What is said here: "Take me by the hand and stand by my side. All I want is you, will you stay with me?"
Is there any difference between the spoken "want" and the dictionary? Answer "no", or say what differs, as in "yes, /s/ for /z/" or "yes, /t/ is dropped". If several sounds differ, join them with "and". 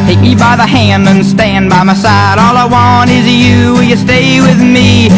no